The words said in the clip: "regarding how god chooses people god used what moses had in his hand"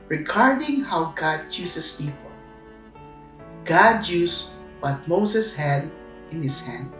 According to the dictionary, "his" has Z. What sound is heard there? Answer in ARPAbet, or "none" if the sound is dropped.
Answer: S